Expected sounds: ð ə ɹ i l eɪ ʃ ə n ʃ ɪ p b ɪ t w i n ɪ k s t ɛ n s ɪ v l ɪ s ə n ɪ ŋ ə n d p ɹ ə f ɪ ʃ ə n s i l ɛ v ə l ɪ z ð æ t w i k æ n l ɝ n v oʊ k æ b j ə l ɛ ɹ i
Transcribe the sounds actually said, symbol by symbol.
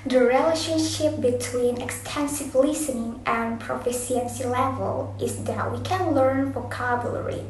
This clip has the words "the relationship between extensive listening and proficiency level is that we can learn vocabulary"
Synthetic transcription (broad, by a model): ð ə ɹ i l eɪ ʃ ə n ʃ ɪ p b ɪ t w i n ɪ k s t ɛ n s ɪ v l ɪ s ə n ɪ ŋ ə n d p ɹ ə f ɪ s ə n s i l ɛ v ə l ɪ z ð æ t w i k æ n l ɝ n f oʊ k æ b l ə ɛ ɹ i